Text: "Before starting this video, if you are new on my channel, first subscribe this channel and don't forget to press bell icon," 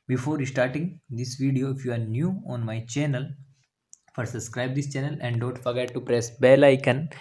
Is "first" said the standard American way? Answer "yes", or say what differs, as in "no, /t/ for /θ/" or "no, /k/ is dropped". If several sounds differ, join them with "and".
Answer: no, /s/ is dropped